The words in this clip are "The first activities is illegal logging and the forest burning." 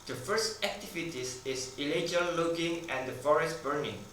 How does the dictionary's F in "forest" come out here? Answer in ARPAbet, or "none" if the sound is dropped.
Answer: F